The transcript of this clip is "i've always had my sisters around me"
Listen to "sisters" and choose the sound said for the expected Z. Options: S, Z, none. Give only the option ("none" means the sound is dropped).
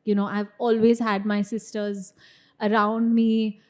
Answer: Z